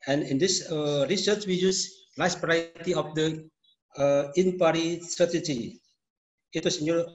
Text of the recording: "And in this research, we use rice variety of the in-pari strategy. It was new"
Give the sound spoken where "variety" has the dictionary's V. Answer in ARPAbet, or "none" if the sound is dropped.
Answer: B